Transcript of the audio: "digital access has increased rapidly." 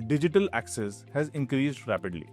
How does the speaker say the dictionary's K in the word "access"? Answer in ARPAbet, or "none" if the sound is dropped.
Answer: K